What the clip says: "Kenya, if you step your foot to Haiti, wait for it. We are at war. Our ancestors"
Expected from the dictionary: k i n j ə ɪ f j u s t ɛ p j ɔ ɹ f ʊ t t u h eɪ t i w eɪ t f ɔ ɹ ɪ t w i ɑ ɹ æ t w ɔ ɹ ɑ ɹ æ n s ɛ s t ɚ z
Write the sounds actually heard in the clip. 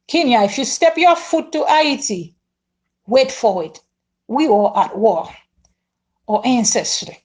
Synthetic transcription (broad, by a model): k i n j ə ɪ f j u s t ɛ p j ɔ f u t t u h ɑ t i w eɪ t f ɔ w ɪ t w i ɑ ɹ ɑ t w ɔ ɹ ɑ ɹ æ n s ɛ s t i